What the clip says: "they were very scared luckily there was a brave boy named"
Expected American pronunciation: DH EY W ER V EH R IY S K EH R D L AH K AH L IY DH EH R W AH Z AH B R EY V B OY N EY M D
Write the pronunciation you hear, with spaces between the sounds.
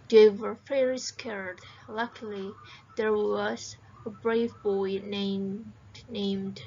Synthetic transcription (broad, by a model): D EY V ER F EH R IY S K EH R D L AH K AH L IY DH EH R W AH Z AH B R EY V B OY N EY M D